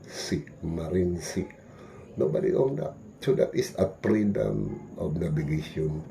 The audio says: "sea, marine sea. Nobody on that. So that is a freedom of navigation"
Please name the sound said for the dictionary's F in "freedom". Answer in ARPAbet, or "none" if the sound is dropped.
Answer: P